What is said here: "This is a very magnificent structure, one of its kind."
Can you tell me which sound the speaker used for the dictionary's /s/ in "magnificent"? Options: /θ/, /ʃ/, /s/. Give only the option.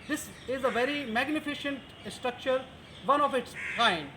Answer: /ʃ/